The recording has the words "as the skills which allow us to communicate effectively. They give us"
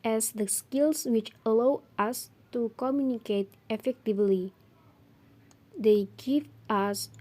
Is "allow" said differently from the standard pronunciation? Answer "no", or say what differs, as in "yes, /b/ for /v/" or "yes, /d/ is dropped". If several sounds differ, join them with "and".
no